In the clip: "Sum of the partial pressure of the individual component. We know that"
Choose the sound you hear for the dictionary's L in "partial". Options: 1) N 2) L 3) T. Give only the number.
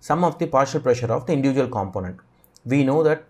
2